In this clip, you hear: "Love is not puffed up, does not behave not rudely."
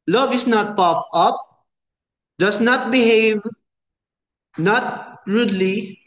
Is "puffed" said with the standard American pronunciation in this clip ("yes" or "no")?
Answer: no